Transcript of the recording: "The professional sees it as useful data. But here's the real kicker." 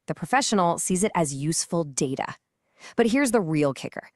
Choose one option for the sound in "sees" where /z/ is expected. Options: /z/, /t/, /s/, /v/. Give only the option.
/z/